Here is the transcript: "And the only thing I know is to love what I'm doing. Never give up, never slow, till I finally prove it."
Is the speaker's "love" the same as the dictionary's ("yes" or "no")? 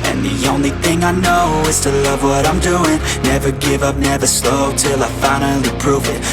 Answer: yes